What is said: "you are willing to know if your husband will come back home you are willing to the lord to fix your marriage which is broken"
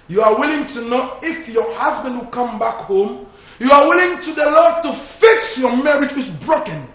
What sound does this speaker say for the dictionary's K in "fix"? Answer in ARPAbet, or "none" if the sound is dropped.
K